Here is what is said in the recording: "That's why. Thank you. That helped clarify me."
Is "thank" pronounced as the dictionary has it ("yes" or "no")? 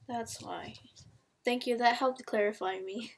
yes